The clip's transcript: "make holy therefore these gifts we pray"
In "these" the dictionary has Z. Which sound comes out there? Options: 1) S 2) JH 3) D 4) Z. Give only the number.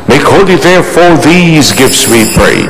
4